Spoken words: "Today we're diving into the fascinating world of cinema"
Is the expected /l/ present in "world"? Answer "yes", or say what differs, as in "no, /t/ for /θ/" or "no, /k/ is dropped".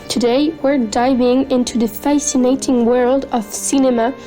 yes